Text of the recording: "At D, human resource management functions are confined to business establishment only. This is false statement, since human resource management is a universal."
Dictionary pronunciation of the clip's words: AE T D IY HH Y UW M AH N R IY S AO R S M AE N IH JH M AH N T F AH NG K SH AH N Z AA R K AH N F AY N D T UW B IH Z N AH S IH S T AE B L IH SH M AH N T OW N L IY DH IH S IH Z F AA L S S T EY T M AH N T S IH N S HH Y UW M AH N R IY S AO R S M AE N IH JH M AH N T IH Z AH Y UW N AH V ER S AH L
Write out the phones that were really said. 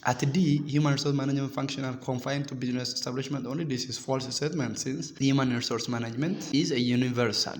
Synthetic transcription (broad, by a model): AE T D IY HH Y UW M AH N R IY S AO R S M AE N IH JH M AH N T F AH NG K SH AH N AA L K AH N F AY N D T UW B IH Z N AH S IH S T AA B L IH SH M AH N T OW N L IY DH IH S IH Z F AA L S S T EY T M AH N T S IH N S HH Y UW M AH N R IY S AO R S M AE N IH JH M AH N T IH Z AH Y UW N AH V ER S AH L